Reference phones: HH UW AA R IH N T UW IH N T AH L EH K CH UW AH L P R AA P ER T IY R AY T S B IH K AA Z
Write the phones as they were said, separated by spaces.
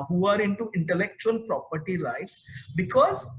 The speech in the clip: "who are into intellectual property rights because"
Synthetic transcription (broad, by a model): HH UW AA R IH N T UW IH N T AH L EH K CH UW AH L P R AA P ER T IY L AY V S B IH K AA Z